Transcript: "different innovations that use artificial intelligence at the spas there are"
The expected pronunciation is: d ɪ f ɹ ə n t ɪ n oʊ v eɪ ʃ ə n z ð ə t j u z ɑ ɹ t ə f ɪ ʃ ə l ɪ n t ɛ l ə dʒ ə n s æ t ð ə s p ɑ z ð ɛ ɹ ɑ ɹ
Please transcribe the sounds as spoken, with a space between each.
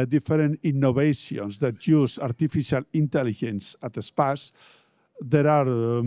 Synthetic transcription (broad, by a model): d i f ɹ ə n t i n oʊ b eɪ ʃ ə n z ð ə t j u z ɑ ɹ t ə f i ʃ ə l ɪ n t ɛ l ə ʒ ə n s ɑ t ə s p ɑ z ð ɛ ɹ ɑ ɹ